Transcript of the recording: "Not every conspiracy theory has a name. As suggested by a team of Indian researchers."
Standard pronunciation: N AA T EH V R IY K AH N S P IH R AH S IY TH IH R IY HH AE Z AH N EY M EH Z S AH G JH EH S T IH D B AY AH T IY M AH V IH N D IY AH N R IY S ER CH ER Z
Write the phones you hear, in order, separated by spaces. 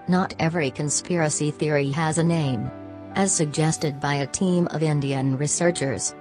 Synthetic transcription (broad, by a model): N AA T EH V R IY K AH N S P IH R AH S IY TH IH R IY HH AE Z AH N EY M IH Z S AH G JH EH S T IH D B AY AH T IY M AH V IH N D IY AH N R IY S ER CH ER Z